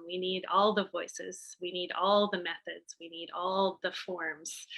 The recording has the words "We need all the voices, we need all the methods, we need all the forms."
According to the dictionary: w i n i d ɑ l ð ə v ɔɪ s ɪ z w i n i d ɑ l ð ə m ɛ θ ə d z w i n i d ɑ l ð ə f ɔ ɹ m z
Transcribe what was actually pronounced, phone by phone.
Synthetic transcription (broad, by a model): w i n i d ɑ l ð ə v ɔɪ s ɪ z w i n i d ɑ l ð ə m ɛ θ ə d z w i n i d ɑ l ð ə f ɔ ɹ m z